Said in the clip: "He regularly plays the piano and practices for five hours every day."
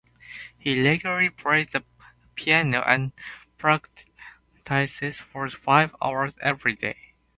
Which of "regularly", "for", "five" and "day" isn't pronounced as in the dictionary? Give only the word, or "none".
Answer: regularly